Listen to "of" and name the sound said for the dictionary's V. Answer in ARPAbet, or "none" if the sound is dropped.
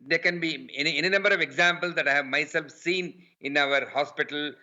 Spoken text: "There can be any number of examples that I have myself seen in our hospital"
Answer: V